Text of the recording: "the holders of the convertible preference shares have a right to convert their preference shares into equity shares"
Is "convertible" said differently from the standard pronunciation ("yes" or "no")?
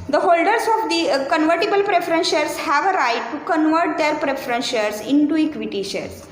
no